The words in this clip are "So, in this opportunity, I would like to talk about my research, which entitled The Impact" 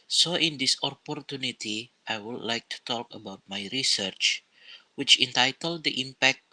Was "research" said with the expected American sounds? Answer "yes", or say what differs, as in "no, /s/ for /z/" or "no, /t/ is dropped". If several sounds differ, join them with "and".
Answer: yes